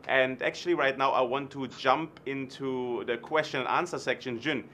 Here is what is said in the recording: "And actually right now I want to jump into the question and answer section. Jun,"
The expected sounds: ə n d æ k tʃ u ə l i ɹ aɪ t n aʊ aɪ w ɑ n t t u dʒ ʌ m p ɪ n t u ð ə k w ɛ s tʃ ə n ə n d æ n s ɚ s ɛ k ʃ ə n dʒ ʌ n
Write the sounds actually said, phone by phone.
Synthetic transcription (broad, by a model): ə n d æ k tʃ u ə l i ɹ aɪ t n aʊ aɪ w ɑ n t t u dʒ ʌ m p ɪ n t u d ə k w ɛ s tʃ ə n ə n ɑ n s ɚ s ɛ k ʃ ə n dʒ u n